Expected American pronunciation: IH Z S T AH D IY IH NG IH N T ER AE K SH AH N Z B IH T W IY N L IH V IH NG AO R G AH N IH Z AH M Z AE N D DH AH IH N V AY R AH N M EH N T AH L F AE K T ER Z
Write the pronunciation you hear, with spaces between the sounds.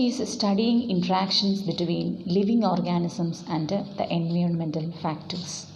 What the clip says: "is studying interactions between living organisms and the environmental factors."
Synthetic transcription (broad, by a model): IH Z S T AH D IY IH NG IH N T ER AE K SH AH N S B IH T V IY N L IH V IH NG AO R G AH N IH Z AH M S AE N D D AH IH N V AY R AH N M EH N T AH L F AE K T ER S